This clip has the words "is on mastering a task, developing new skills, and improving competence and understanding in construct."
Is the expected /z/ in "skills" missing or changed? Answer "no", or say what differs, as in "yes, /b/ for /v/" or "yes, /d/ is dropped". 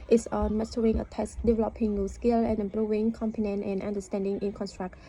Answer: yes, /z/ is dropped